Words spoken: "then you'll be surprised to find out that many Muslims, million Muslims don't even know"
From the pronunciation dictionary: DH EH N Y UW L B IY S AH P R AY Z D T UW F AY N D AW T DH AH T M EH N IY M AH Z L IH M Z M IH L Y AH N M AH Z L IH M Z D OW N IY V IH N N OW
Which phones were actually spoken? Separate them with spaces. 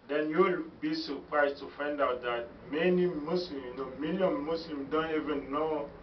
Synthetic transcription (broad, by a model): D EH N Y UW L B IY S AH P R AY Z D T UW F AY N D AW T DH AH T M EH N IY M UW S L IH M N M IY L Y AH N M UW S L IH M D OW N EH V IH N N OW